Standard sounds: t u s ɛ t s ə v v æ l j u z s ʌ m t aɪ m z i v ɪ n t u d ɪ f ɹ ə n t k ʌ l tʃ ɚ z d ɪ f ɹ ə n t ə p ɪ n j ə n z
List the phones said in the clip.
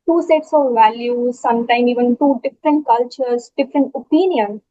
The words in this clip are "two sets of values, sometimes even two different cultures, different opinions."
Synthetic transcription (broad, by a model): t u s ɛ t s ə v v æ l j u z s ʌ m t aɪ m i v ɪ n t u d ɪ f ɹ ə n t k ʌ l tʃ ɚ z d ɪ f ɹ ə n t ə p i n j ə n